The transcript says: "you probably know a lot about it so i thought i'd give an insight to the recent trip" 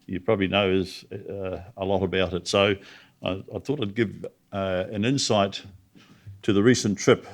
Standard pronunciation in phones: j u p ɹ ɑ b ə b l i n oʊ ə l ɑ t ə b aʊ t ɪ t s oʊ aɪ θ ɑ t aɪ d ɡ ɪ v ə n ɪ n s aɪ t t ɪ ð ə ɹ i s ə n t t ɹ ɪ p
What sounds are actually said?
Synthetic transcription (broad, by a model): j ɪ p ɹ ɑ b ə b l i n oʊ ə l ɑ t ə b aʊ t ɪ t s oʊ aɪ θ ɑ t aɪ d ɡ ɪ v ə n ɪ n s aɪ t t ɪ ð ə ɹ i s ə n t t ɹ ɪ p